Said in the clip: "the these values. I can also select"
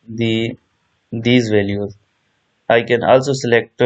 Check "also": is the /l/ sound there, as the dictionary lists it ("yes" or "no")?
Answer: yes